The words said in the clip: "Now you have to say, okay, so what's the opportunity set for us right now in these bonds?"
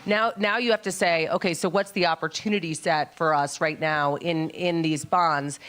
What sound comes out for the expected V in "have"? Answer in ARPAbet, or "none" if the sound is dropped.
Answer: F